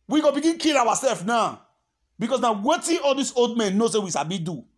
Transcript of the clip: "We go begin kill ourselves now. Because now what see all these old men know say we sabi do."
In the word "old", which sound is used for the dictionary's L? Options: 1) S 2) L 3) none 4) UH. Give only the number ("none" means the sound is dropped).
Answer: 2